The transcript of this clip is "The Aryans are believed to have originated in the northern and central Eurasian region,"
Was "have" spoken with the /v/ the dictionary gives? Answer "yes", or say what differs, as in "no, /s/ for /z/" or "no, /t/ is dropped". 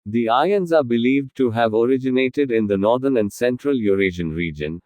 yes